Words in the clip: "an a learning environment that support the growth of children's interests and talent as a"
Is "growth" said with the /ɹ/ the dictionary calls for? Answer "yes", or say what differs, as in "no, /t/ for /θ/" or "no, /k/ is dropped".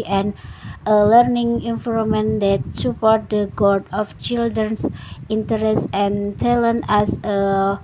no, /ɹ/ is dropped